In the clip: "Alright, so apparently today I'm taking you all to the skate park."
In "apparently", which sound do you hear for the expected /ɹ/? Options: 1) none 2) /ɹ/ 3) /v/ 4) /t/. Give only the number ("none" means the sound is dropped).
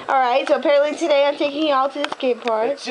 2